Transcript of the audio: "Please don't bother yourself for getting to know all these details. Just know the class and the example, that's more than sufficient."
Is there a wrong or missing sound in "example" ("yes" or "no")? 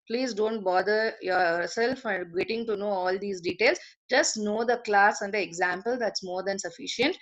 no